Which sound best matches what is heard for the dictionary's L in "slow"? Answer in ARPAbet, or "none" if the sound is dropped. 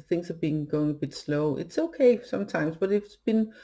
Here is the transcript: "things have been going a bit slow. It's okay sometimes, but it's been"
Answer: L